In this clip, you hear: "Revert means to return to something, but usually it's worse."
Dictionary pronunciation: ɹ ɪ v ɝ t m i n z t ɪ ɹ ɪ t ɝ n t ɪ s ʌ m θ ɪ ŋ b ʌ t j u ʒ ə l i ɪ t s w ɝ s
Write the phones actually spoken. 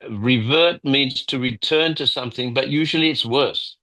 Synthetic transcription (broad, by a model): ɹ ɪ v ɝ t m i n z t ɪ ɹ ɪ t ɝ n t ɪ s ʌ m θ ɪ ŋ b ʌ t j u ʒ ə l i ɪ t s w ɝ s